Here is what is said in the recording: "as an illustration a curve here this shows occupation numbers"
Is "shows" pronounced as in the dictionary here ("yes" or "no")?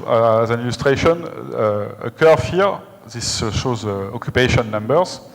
yes